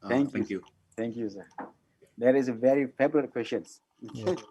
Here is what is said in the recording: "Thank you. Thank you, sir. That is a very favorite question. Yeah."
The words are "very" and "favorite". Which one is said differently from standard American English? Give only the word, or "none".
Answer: favorite